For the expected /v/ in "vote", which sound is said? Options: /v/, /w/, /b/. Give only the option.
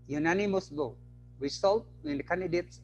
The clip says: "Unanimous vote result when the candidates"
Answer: /b/